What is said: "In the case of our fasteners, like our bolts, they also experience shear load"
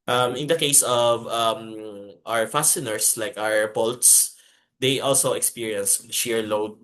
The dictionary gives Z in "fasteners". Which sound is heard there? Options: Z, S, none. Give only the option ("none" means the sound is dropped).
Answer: S